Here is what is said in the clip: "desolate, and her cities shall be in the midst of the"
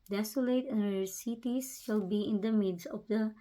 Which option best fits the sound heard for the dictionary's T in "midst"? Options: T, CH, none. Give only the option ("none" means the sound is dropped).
none